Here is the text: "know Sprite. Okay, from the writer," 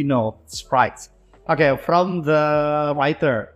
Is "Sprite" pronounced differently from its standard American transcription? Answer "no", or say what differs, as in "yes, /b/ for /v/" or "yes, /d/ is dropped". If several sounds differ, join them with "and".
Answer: yes, /p/ is dropped